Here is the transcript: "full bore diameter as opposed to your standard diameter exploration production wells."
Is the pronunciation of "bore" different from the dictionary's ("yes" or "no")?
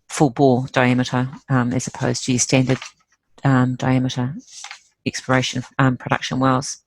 yes